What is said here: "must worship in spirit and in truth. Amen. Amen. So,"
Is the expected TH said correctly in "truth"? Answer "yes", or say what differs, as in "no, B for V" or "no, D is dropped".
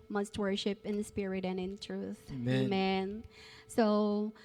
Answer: yes